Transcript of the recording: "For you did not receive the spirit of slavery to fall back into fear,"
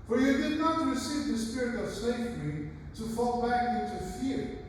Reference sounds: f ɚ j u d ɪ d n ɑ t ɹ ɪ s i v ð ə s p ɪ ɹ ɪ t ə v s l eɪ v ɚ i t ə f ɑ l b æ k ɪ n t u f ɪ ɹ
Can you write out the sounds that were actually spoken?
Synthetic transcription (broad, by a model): f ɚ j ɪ d ɪ d n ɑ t ɹ ɪ s i v ð ə s p ɪ ɹ ɪ t ə v s eɪ f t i t ə f ɑ l b æ k ɪ n t u f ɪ ɹ